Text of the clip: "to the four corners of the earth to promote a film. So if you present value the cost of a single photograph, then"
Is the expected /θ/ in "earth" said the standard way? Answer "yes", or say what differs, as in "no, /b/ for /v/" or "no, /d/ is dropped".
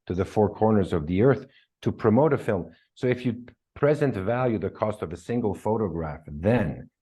yes